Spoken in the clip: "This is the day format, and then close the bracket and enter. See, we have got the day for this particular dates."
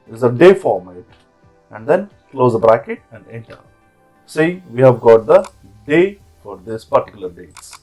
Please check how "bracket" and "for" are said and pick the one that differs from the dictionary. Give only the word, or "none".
none